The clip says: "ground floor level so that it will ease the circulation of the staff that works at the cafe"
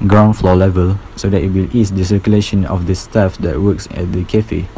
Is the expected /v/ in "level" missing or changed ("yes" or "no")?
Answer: no